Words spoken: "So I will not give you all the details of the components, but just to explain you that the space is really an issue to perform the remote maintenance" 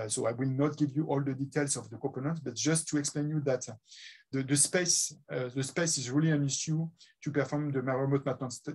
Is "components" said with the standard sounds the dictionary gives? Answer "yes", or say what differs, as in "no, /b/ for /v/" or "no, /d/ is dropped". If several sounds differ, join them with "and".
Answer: no, /m/ is dropped